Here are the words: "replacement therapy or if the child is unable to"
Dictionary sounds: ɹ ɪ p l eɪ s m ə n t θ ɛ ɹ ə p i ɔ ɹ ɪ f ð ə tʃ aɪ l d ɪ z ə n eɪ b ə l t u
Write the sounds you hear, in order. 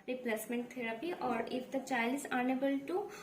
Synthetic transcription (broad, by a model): ɹ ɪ p l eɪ s m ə n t t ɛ ɹ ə p i ɔ ɹ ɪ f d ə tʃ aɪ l ɪ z ə n eɪ b ə l t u